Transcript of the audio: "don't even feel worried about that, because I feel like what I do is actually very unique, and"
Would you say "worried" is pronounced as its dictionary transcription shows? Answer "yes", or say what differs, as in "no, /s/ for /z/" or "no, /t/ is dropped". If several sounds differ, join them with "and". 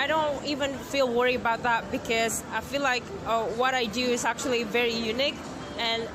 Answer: no, /d/ is dropped